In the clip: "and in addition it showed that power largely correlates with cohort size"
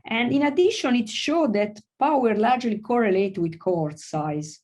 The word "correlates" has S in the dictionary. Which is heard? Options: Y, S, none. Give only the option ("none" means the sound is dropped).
none